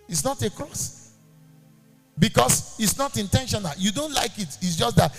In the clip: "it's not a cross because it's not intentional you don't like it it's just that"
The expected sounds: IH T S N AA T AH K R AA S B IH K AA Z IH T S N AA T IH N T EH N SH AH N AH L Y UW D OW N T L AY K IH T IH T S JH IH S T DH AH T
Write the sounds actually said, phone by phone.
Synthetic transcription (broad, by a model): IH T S N AA T AH K R AA S B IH K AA S IH T S N AA T IH N T EH N SH AH N AH L Y UW D OW N T L AY K IH T IH T S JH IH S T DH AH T